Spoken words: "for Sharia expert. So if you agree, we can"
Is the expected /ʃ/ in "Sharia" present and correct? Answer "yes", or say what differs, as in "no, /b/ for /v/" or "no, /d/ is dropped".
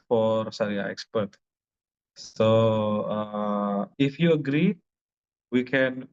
no, /s/ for /ʃ/